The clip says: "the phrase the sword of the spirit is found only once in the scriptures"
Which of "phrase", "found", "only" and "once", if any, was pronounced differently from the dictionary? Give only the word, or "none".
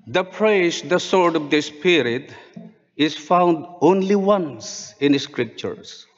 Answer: phrase